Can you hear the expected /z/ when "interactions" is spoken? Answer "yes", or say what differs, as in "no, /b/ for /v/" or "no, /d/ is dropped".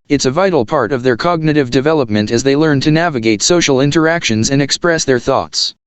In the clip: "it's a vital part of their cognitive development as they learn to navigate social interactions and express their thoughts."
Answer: yes